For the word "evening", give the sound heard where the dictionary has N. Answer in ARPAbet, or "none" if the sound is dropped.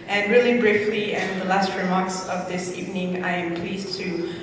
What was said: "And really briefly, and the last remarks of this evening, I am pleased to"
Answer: N